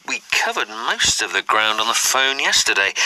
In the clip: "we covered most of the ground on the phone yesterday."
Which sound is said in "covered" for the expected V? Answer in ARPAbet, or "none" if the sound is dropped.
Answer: V